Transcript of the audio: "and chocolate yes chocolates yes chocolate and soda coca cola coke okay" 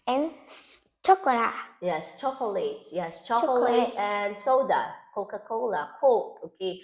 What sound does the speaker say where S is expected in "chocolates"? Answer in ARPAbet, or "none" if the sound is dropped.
none